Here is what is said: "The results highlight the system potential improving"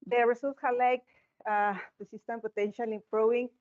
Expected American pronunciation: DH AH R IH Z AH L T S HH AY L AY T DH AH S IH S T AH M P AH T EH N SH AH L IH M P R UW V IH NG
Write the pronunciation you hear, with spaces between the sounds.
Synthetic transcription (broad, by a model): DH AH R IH S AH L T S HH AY L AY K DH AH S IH S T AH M P AH T EH N SH AH L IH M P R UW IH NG